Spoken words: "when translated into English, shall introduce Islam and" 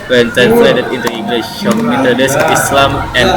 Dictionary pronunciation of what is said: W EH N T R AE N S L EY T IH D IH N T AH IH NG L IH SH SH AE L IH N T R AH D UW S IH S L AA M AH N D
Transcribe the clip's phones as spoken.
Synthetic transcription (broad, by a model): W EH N T R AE N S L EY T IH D IH N T AH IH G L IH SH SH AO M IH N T AH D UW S IH S L AA M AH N